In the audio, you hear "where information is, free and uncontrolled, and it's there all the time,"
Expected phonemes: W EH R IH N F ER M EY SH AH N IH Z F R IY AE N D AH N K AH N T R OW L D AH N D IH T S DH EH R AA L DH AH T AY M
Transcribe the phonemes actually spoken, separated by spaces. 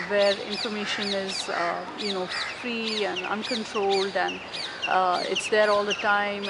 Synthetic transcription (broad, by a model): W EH R IH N F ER M EY SH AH N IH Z F R IY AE N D AH N K AH N T R OW L D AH N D IH T S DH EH R AA L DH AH T AY M